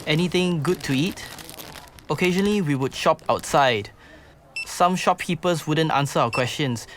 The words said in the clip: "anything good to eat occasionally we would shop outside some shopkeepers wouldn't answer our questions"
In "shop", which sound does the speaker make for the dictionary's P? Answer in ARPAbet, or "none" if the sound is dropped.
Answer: P